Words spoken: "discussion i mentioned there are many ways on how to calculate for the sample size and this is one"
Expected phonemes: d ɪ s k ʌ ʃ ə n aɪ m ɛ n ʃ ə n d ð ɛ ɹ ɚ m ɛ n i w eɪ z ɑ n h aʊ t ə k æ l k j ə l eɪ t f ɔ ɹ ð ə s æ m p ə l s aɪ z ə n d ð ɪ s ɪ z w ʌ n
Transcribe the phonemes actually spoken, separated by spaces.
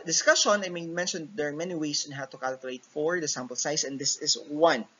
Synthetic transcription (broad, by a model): d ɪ s k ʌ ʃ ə n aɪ m ɛ n ʃ ə n d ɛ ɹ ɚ m ɛ n i w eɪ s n h aʊ t ə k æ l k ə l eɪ t f ɔ ɹ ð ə s æ m p ə l s aɪ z ə n d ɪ s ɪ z w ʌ n